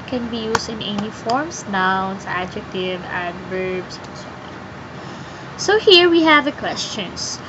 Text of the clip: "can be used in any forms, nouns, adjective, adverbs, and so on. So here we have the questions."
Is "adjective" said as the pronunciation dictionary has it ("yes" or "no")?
yes